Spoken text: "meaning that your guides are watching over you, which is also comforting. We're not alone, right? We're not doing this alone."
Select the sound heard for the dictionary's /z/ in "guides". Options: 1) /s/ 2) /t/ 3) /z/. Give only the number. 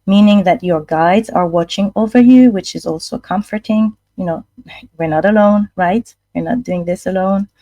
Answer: 3